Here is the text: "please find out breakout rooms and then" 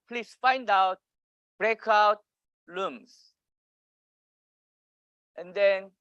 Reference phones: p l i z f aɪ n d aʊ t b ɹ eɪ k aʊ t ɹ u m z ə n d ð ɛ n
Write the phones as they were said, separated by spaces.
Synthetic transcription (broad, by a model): p l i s f aɪ n d aʊ t b ɹ eɪ k aʊ t l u m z ə n d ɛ n